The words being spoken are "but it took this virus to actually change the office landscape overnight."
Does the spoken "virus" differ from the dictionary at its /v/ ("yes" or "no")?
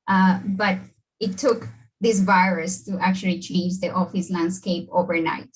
no